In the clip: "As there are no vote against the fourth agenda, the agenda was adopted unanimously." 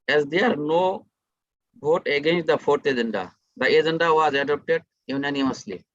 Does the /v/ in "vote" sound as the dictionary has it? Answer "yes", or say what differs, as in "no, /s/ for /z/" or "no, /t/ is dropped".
no, /b/ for /v/